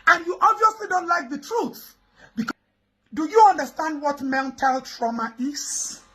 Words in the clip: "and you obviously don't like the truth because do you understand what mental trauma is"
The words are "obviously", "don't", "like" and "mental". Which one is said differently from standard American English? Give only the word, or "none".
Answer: none